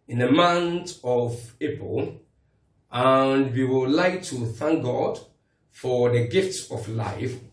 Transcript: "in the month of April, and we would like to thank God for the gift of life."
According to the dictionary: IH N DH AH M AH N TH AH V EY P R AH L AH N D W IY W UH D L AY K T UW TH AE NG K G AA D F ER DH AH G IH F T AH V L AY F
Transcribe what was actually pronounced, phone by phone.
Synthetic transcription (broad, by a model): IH N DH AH M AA N T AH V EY P AH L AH N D W IY W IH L L AY K T UW TH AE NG K G AA D F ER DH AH G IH F T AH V L AY F